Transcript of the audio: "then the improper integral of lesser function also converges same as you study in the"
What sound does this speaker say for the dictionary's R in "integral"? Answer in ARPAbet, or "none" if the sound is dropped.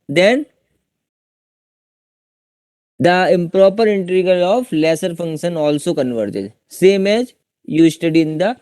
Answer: none